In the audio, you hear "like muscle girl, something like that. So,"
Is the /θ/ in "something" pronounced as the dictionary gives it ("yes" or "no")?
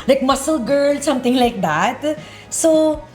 no